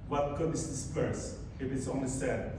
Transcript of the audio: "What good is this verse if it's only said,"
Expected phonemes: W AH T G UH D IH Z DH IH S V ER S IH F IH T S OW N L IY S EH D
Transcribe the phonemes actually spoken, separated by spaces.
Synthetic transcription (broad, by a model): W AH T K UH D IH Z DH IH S P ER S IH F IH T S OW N IY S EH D